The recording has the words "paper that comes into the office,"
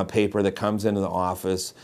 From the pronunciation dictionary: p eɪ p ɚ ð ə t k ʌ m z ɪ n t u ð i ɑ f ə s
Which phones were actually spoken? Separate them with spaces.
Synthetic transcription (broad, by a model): p eɪ p ɚ ð ə t k ʌ m z ɪ n t u ð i ɑ f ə s